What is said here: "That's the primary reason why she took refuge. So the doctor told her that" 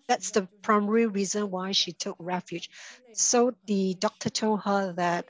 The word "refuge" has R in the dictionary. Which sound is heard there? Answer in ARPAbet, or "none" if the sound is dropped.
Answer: R